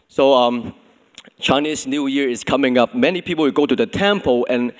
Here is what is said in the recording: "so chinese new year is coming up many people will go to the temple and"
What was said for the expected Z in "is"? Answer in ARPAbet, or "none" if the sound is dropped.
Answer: S